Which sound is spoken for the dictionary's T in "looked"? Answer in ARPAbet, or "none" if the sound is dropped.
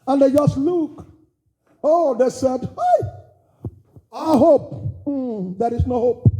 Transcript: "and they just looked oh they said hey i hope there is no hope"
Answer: none